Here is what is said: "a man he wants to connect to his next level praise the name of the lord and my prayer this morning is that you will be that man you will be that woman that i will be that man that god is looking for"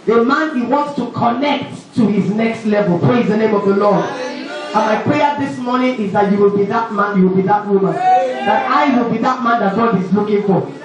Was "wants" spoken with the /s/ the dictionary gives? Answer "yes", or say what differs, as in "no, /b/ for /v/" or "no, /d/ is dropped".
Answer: yes